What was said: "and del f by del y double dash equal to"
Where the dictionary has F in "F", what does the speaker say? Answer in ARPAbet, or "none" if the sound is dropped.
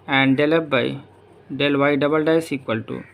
P